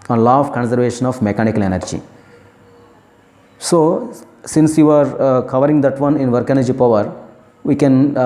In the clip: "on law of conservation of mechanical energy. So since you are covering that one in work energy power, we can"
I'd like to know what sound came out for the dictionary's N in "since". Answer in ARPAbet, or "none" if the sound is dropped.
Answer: N